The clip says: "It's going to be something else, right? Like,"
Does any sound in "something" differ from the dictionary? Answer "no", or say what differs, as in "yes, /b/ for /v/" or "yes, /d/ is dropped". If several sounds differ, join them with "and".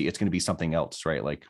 no